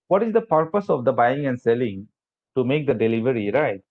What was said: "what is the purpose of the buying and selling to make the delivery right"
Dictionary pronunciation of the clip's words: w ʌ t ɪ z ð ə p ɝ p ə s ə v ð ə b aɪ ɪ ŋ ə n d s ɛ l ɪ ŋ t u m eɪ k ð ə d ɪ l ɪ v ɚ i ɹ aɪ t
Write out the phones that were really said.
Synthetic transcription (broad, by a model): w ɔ t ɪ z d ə p ɝ p ə s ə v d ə b aɪ ɪ ŋ ə n d s ɛ l ɪ ŋ t u m eɪ k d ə d ɪ l ɪ v ɚ i ɹ aɪ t